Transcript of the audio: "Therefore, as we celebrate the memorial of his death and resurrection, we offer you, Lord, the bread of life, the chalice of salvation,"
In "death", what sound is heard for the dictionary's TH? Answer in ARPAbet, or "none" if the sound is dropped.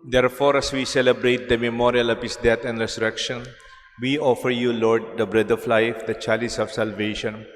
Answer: T